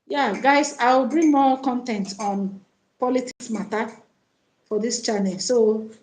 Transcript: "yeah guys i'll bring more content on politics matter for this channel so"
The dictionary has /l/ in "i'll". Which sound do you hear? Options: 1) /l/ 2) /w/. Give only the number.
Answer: 2